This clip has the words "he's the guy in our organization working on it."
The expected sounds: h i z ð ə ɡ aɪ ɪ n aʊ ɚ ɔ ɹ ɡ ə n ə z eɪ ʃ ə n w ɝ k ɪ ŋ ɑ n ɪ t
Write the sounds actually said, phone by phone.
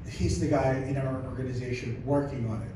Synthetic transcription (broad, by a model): h i z ð ə ɡ aɪ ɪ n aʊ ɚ ɔ ɹ ɡ ə n ə z eɪ ʃ ə n w ɝ k ɪ ŋ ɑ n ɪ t